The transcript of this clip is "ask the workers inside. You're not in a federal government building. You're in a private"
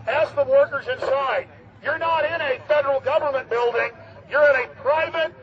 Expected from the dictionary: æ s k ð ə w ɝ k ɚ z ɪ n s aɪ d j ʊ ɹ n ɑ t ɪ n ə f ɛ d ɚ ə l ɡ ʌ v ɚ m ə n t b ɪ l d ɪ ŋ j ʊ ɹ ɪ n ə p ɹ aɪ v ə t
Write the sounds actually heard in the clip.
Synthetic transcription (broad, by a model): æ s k ð ə w ɝ k ɚ z ɪ n s aɪ d j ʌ ɹ n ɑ t ɪ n ə f ɛ d ɚ l ɡ ʌ v ɚ m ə n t b ɪ l d ɪ ŋ j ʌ ɹ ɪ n ə p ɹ aɪ v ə t